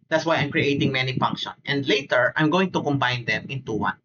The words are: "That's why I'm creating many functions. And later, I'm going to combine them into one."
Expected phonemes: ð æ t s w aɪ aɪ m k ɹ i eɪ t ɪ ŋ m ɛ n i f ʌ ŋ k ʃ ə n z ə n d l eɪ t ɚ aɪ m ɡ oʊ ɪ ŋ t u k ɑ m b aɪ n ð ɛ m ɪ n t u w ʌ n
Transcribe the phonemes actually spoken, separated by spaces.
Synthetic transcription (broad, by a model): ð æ t s w aɪ aɪ m k ɹ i eɪ t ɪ ŋ m ɛ n i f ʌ ŋ k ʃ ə n ə n d l eɪ t ɚ aɪ m ɡ oʊ ɪ ŋ t u k ɑ m b aɪ n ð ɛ m ɪ n t u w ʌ n